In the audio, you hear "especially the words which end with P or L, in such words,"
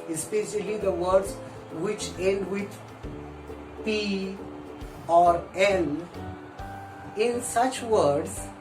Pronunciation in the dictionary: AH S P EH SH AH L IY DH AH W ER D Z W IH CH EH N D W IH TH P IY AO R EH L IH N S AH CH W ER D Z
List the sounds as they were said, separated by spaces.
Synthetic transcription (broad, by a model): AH S P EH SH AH L IY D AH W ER D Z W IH CH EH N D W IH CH P IY AO R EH N IH N S AH CH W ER D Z